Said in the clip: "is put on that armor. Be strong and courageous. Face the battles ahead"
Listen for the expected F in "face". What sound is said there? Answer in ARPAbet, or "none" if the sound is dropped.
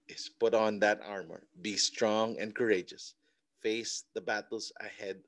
F